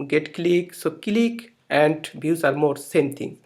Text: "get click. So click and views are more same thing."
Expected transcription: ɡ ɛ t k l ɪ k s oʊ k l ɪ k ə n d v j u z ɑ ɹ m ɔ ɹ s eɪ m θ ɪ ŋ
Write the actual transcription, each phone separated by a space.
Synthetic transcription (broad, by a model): ɡ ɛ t k l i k s oʊ k l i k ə n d b j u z ɑ ɹ m ɔ ɹ s eɪ m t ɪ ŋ